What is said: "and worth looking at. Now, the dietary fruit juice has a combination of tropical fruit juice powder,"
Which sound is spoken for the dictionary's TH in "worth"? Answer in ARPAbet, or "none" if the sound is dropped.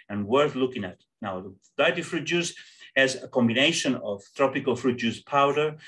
TH